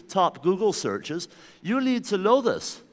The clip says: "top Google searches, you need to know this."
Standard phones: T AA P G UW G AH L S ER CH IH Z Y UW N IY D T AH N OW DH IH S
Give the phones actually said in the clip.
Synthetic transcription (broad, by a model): T AA P G UW G AH L S ER CH IH Z Y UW L IY D T AH L OW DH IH S